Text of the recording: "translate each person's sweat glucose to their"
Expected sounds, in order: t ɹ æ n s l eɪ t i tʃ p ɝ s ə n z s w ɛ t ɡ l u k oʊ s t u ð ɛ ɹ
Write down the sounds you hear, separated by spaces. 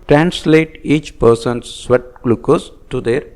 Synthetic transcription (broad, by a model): t ɹ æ n s l eɪ t i tʃ p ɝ s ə n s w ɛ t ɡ l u k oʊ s t u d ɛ ɹ